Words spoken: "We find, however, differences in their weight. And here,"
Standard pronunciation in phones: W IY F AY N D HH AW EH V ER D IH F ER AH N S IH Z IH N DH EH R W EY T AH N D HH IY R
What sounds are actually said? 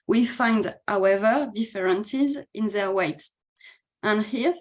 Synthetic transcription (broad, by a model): W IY F AY N D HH AW EH V ER D IH F ER AH N S IH Z IH N DH EH R W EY T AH N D HH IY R